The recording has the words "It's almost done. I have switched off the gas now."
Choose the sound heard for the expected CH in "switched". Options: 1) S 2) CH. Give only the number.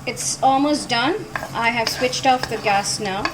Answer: 2